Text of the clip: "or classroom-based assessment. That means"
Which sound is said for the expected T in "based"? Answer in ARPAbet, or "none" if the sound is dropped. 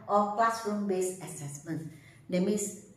none